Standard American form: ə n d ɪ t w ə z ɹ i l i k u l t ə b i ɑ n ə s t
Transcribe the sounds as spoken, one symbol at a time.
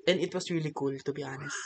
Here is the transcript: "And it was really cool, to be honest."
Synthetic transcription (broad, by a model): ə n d ɪ t w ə s ɹ i l i k u l t ə b i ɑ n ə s